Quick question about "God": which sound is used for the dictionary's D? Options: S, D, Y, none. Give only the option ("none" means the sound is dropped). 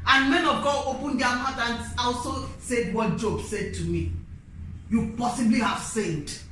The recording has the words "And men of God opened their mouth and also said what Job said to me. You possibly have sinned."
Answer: none